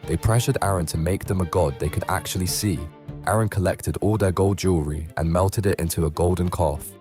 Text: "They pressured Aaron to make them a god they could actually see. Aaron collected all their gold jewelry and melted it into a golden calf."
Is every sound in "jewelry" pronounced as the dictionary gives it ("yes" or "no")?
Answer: no